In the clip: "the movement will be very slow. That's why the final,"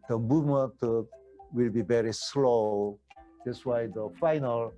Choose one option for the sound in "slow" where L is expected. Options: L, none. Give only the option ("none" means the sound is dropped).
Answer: L